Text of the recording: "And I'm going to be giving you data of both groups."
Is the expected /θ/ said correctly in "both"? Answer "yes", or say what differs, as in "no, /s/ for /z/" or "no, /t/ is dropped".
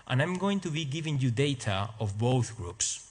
yes